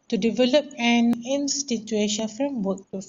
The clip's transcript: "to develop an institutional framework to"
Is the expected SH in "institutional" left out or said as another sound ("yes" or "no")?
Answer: yes